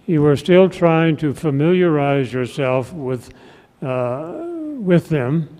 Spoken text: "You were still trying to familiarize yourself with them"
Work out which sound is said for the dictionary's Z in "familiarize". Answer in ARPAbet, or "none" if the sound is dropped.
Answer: Z